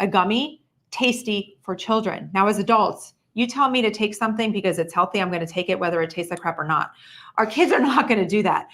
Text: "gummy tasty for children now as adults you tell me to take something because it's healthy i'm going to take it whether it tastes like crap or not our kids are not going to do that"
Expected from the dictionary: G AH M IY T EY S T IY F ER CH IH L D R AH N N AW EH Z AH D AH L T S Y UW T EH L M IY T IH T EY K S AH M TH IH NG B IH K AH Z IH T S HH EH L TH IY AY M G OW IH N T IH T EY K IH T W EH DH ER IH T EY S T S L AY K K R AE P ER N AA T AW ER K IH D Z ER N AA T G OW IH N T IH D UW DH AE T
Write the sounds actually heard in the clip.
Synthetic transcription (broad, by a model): G AH M IY T EY S T IY F ER CH IH L D R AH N N AW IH Z AH D AH L T S Y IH T EH L M IY T IH T EY K S AH M TH IH NG B IH K AH Z IH T S HH EH L TH IY AY M G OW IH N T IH T EY K IH T W EH DH ER IH T EY S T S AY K K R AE P ER N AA T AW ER K IH D Z ER N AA T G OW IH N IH D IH DH AE T